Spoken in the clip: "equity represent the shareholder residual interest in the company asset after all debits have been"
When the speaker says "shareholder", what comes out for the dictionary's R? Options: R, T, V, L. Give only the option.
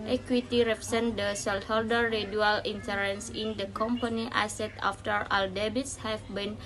L